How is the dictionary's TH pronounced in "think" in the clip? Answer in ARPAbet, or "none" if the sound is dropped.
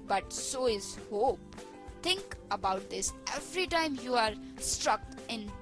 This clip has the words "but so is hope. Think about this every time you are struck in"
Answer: T